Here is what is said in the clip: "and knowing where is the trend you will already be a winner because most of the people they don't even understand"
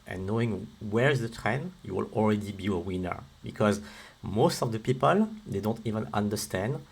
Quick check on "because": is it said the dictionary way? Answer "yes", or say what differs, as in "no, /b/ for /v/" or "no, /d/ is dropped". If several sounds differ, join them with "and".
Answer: yes